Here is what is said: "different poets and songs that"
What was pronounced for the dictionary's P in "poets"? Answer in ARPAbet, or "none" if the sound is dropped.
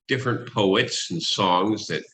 P